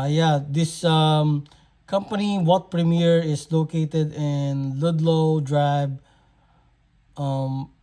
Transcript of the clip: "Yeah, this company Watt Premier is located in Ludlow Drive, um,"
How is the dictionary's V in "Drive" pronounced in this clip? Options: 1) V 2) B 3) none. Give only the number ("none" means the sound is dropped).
2